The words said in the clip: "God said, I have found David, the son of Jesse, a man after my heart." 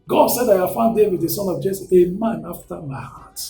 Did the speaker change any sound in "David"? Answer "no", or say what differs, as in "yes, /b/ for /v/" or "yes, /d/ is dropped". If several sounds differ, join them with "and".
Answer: yes, /w/ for /v/